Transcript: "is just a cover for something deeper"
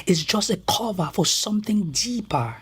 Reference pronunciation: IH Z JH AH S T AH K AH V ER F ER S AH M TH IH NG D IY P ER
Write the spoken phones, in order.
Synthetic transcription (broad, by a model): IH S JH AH S T AH K AH V ER F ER S AH M TH IH NG D IY P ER